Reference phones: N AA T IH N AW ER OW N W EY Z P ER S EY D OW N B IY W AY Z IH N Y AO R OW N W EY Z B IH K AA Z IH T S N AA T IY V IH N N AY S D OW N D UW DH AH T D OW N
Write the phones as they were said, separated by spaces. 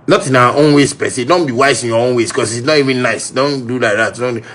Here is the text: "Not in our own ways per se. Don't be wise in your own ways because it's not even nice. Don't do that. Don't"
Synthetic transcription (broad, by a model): N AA T IH N AW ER OW N W EY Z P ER S EY D OW N B IY W AY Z IH N Y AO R OW N W EY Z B K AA S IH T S N AA T IY V IH N N AY S D OW N D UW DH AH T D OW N